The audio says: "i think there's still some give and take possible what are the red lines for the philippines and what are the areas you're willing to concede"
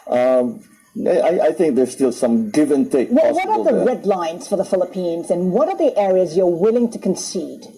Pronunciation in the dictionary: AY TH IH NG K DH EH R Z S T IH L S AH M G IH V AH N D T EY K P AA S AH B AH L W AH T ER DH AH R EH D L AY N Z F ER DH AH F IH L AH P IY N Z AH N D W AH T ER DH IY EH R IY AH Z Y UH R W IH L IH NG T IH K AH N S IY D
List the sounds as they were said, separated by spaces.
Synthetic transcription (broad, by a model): AY TH IH NG K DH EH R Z S T IH L S AH M G IH V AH N T EY K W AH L W AH T ER DH AH R EH D L AY N Z F ER DH AH F IH L AH P IY N Z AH N W AH T ER DH IY EH R IY AH Z Y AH R W IH L IH NG T IH K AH N S IY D